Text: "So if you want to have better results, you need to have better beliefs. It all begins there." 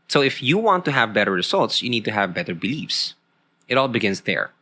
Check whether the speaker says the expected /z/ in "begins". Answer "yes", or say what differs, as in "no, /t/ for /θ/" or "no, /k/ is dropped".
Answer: no, /s/ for /z/